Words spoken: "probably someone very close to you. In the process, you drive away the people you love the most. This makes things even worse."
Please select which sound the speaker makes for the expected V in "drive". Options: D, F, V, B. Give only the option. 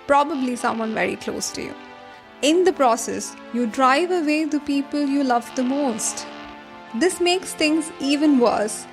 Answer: V